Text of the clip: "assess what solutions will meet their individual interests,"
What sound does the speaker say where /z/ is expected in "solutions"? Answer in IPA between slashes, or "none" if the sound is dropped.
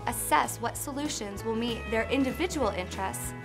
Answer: /z/